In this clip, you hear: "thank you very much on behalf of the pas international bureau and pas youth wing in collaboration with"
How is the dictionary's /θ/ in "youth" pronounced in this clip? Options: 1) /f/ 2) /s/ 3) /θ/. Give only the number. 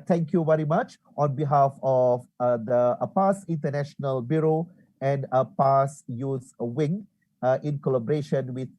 2